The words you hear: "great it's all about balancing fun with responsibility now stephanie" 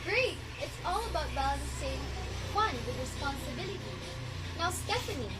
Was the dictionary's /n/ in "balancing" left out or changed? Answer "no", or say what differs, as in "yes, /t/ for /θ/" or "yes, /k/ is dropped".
yes, /n/ is dropped